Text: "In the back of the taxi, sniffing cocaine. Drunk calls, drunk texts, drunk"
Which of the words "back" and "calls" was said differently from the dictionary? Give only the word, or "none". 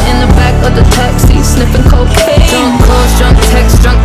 calls